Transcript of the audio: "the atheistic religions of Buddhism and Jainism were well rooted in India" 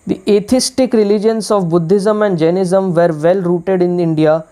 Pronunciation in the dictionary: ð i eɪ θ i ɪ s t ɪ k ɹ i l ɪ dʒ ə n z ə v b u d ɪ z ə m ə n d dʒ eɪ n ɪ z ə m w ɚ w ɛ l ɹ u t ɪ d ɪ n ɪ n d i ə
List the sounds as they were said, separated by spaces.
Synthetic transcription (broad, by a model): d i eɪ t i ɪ s t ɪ k ɹ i l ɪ dʒ ə n s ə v b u d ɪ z ə m ə n d dʒ eɪ n ɪ z ə m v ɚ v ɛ l ɹ u t ɪ d ɪ n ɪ n d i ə